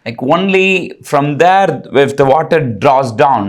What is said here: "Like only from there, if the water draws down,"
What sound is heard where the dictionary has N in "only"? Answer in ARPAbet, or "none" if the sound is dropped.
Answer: N